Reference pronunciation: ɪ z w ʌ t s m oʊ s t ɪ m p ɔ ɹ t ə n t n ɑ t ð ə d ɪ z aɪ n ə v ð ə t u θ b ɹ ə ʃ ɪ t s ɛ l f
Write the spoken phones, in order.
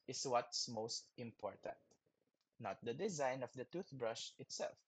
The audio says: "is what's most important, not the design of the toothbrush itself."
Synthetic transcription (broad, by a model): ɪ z w ʌ t s m oʊ s t ɪ m p ɔ ɹ t ə n t n ɑ t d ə d ɪ z aɪ n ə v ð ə t u θ b ɹ ə ʃ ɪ t s ɛ l f